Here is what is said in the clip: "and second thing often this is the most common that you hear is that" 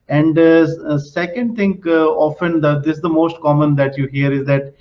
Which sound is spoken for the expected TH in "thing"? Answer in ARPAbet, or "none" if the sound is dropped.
T